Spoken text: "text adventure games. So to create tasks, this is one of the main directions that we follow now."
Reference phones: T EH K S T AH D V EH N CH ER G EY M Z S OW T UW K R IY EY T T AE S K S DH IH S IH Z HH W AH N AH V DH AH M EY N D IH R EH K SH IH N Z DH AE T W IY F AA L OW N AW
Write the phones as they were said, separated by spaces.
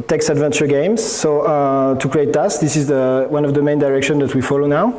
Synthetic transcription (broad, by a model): T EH K S AH D V EH N CH ER G EY M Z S OW T UW K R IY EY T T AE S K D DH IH S IH Z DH W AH N AH V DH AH M EY N D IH R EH K SH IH N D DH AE T W IY F AA L OW N AW